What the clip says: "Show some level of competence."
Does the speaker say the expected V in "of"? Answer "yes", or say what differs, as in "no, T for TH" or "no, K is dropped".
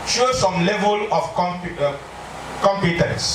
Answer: no, P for V